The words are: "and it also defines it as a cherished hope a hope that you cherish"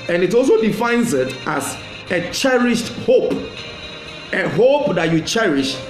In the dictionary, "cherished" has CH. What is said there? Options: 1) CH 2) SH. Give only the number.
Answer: 1